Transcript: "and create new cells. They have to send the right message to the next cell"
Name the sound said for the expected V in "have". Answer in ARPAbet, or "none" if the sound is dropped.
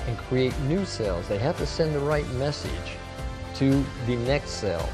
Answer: F